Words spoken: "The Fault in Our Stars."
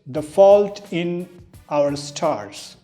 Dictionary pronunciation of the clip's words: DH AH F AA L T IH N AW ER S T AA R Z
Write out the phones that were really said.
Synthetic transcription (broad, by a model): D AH F AA L T IH N AW ER S T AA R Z